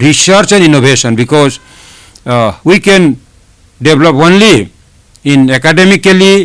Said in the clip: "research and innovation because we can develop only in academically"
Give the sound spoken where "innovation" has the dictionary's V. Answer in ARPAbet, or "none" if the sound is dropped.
B